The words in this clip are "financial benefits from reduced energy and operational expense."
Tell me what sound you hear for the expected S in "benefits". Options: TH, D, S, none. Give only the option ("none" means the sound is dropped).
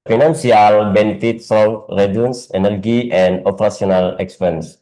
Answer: S